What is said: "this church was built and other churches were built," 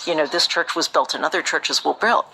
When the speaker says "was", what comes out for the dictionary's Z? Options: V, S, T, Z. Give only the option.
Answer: Z